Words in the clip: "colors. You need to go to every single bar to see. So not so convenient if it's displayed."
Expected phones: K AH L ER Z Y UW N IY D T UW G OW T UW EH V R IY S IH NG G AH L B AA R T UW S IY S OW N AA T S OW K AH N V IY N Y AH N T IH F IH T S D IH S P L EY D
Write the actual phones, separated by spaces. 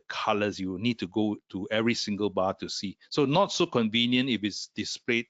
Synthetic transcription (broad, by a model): K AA L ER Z Y UW N IY D T UW G OW T UW EH V R IY S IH NG G AH L B AA T UW S IY S OW N AA T S OW K AH N V IY N Y AH N T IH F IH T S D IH S P L EY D